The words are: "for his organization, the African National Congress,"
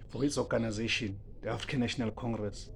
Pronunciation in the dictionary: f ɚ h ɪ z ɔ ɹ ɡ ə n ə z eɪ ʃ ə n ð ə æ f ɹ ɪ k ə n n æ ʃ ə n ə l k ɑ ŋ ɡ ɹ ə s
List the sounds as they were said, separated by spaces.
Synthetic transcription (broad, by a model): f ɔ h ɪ s ɔ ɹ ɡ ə n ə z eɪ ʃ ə n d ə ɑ f ɹ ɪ k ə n n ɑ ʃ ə n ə l k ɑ ŋ ɡ ɹ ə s